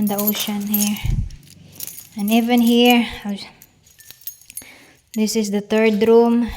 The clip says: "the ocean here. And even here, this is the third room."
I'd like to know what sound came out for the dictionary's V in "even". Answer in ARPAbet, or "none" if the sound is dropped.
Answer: V